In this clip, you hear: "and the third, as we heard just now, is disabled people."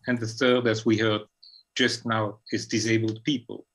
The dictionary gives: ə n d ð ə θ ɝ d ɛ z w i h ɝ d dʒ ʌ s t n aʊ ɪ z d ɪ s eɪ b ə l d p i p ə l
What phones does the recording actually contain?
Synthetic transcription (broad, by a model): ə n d ð ə θ ɝ d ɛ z w i h ɝ d dʒ ʌ s t n aʊ ɪ z d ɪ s eɪ b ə l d p i p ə l